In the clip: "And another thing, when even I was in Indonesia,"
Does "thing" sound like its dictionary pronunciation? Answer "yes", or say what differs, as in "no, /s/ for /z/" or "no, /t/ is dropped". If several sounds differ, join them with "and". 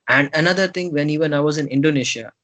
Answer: no, /t/ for /θ/